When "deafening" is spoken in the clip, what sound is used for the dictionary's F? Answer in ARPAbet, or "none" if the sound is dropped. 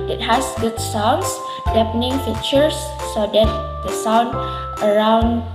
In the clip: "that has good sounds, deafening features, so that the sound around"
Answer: P